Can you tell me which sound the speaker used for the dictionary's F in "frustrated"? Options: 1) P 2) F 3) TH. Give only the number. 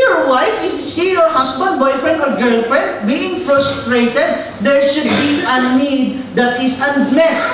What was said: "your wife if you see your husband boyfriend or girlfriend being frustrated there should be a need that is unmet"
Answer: 1